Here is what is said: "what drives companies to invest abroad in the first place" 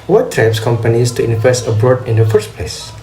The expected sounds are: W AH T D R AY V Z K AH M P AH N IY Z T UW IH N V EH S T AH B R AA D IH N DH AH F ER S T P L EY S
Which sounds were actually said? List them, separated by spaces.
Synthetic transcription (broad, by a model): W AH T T R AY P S K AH M P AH N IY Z T UW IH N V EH S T AH B R AA D IH N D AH F ER S T P L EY S